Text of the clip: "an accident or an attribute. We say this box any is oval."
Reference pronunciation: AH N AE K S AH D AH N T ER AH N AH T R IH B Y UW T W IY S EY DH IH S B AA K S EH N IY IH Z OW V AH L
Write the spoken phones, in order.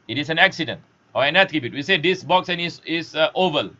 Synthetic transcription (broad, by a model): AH N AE K S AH D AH N T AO AH N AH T R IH B Y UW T W IY S EY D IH S B AA K S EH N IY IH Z OW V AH L